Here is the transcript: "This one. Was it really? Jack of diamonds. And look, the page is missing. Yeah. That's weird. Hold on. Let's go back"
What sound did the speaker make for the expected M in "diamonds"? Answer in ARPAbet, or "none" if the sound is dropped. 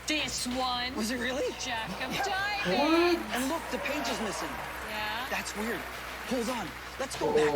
none